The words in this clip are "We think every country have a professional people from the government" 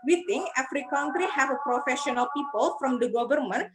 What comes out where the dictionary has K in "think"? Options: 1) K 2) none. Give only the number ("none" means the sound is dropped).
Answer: 2